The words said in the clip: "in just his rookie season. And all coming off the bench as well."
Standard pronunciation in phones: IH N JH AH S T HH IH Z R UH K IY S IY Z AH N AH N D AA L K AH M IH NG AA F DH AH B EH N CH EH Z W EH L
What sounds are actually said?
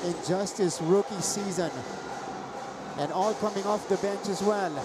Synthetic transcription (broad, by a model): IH N JH AH S T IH S R UH K IY S IY Z AH N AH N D AA L K AH M IH NG AA F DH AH B EH N CH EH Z W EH L